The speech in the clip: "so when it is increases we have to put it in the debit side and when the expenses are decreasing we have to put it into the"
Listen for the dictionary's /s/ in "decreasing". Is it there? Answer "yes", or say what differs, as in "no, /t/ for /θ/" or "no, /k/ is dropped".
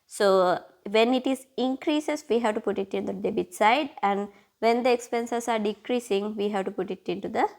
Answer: yes